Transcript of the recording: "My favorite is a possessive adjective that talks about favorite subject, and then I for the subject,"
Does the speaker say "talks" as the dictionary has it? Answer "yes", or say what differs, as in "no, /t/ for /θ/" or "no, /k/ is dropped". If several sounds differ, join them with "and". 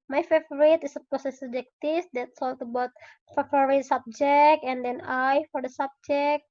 no, /s/ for /t/